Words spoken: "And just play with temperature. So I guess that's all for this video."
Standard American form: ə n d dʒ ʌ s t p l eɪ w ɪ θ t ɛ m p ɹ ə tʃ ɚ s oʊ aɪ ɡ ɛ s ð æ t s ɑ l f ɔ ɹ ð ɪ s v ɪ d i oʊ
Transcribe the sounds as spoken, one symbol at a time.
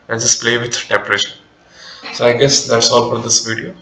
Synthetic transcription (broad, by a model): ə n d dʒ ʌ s p l eɪ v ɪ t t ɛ m p ɹ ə ʃ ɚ s oʊ aɪ ɡ ɛ s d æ t s ɑ l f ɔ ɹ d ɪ s v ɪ d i oʊ